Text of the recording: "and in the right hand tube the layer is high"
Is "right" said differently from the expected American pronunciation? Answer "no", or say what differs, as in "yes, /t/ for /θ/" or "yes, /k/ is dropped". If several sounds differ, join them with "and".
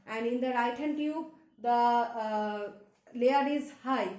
no